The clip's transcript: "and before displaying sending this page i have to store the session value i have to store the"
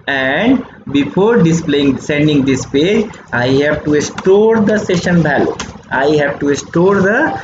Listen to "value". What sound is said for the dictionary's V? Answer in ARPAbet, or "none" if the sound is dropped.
B